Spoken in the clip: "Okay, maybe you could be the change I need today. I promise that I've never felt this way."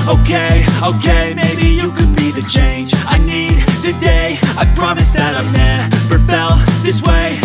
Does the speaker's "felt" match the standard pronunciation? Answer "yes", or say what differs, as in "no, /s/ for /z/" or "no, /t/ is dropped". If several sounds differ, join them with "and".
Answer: no, /p/ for /f/